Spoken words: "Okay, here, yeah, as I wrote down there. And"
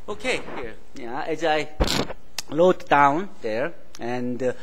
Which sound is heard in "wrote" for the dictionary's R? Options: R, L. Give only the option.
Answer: L